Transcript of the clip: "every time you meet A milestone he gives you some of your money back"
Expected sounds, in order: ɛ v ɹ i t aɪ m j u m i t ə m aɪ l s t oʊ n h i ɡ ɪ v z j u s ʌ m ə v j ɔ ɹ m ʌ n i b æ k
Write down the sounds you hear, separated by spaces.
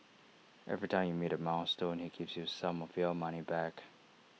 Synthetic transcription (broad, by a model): ɛ v ɹ i t aɪ m j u m i t ə m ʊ n s t oʊ n h i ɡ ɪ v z j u s ʌ m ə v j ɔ l m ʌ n i b æ k